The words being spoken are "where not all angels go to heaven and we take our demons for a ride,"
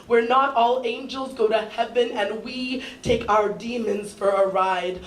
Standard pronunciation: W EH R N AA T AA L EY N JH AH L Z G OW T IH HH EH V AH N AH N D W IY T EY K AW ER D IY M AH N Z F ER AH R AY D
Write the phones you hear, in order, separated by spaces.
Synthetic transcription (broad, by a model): W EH R N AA T AA L EY N JH AH L Z G OW T IH HH EH V AH N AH N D W IY T EY K AW ER D IY M AH N Z F ER AH R AY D